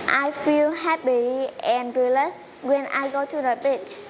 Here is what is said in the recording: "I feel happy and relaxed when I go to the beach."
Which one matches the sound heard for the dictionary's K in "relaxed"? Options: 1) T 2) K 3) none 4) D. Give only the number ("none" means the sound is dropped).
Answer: 3